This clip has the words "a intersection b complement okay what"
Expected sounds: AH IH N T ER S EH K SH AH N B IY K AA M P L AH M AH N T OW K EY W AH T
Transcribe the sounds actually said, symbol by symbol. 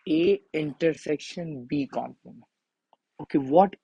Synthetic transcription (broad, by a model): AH IH N T ER S EH K SH AH N B IY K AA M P AH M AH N OW K EY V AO T